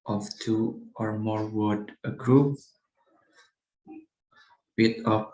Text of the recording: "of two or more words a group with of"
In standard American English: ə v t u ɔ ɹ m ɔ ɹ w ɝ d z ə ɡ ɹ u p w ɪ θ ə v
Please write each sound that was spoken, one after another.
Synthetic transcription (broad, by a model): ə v t u ɔ ɹ m ɔ ɹ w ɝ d ə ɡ ɹ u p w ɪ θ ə